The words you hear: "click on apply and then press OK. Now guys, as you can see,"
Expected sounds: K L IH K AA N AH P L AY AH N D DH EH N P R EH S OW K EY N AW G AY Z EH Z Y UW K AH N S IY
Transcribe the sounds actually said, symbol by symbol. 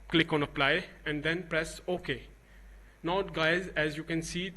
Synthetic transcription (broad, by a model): K L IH K AA N AH P L AY AH N D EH N P R EH S OW K EY N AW G AY Z EH Z Y UW K AH N S IY